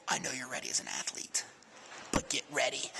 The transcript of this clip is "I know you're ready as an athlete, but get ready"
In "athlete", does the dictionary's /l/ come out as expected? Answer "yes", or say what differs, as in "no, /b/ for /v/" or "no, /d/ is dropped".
yes